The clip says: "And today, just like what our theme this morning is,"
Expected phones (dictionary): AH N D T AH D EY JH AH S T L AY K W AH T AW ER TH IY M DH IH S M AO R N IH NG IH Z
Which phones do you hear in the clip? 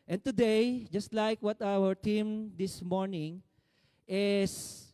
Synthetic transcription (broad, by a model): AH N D T AH D EY JH AH S T L AY K W AH T AW ER T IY M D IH S M AO R N IH NG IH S